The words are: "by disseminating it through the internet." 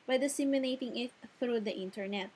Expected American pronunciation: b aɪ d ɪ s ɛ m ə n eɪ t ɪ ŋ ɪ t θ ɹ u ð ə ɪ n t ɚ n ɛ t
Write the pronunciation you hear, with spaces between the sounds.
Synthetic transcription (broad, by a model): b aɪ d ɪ s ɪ m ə l eɪ t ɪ ŋ ɪ t θ ɹ u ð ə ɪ n t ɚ n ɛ t